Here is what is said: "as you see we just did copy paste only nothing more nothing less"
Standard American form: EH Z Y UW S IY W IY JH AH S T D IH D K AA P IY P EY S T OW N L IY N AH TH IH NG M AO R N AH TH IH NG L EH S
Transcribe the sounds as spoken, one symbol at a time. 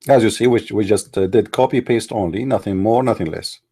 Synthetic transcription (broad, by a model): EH Z Y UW S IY W IY JH AH S T D IH D K AA P IY P EY S T OW N L IY N AH TH IH NG M AO R N AH TH IH NG L EH S